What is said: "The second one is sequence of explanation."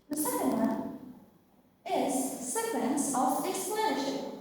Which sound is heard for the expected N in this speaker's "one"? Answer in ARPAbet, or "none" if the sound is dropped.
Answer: none